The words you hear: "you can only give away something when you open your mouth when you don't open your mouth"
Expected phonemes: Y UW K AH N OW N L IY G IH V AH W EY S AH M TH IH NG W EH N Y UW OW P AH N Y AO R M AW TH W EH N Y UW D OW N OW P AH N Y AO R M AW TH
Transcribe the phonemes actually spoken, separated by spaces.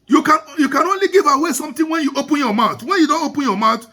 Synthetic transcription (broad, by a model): Y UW K AH N OW N L IY G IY V AH W EY S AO M T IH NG W EH N Y UW OW P AH N Y AO M AW T W EH N Y UW D OW N OW P AH N Y AO M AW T